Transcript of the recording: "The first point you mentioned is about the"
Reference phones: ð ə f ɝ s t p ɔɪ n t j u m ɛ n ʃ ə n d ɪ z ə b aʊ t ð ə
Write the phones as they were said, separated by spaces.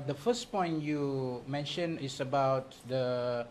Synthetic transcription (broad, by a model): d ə f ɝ s p ɔɪ n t j u m ɛ n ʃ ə n ɪ s ə b aʊ t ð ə